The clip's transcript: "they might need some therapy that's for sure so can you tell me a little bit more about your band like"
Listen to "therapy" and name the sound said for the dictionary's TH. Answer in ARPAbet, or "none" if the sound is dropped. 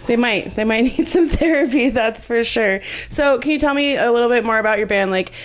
TH